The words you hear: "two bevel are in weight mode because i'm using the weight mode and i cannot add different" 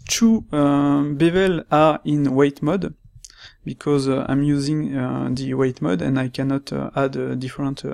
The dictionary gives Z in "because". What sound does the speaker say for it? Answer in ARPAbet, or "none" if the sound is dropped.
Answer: Z